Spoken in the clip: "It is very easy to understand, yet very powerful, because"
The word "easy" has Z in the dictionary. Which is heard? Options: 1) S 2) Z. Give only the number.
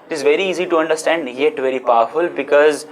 2